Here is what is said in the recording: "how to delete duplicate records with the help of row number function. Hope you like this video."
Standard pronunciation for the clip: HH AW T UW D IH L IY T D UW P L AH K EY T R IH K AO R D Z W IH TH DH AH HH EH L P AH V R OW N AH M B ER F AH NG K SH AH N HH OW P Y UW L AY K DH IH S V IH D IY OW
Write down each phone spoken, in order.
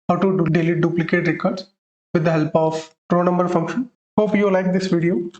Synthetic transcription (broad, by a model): HH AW T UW D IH L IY D UW P L AH K EY T R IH K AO R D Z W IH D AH HH EH L P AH P R OW N AH M B ER F AH NG K SH AH N HH OW P Y UW L AY K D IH S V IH D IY OW